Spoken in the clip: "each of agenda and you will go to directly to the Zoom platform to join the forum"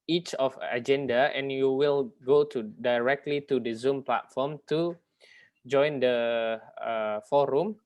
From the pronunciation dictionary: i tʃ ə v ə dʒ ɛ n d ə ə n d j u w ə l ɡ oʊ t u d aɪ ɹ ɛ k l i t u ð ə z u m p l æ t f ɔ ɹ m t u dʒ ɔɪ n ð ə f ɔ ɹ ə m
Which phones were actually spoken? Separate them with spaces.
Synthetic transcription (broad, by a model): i tʃ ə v ə dʒ ɛ n d ə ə n j u w ə l ɡ oʊ t u d aɪ ɹ ɛ k l i t u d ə z u m p l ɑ t f ɔ m t u dʒ ɔɪ n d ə f ɔ ɹ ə m